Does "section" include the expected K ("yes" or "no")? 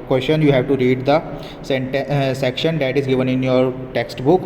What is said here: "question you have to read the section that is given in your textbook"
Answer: yes